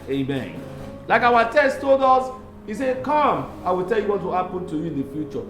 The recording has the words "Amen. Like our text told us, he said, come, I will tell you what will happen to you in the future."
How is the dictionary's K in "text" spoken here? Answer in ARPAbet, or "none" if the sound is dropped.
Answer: none